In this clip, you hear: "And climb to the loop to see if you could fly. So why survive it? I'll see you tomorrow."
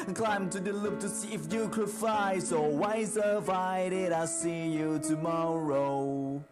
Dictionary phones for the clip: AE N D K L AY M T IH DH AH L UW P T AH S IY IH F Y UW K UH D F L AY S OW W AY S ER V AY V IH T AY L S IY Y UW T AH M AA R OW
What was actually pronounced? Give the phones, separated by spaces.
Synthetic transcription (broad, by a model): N K L AY M T IH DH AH L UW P T AH S IY IH F Y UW K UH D F AY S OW W AY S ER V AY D IH T AY S IY Y UW T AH M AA R OW